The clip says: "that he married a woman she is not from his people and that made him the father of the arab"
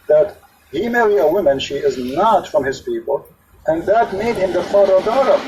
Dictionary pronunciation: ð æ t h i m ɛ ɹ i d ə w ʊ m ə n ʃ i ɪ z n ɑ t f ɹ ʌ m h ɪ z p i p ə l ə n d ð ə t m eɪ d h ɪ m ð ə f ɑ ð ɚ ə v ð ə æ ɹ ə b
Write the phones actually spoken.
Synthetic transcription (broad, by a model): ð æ t h i m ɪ l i ə w ʊ m ə n ʃ i ɪ z n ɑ t f ɹ ʌ m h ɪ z p i p ə l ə n ð ə t m eɪ d h ɪ m ð ə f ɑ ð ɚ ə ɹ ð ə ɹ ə